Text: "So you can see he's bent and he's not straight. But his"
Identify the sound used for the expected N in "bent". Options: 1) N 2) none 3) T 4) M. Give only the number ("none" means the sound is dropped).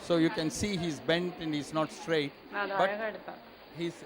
1